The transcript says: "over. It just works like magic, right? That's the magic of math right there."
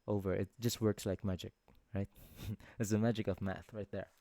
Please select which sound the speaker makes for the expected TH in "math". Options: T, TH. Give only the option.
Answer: TH